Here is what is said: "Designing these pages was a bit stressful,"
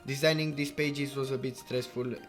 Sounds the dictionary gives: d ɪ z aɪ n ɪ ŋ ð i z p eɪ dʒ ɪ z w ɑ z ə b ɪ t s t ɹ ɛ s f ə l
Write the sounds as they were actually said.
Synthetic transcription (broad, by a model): d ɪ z aɪ n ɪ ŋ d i s p eɪ dʒ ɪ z w ɑ z ə b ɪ t s t ɹ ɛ s f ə l